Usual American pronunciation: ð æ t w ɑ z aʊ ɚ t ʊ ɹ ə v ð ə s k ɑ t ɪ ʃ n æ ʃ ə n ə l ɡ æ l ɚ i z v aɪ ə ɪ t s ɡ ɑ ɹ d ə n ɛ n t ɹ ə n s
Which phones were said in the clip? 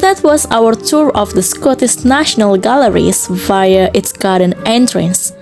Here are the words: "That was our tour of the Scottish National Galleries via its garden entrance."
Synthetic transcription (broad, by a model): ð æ t w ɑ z aʊ ɚ t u ɹ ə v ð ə s k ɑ t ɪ s n æ ʃ ə n ə l ɡ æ l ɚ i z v aɪ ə ɪ t s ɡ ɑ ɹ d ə n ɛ n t ɹ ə n s